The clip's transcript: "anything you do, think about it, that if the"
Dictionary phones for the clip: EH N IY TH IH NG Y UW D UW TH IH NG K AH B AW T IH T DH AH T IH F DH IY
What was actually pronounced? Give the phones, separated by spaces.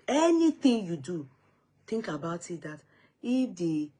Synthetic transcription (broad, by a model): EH N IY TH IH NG Y UW D UW T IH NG K AH B AW T IH T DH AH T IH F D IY